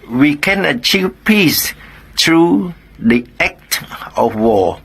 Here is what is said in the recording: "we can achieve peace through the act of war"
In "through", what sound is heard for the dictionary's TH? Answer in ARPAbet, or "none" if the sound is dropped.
T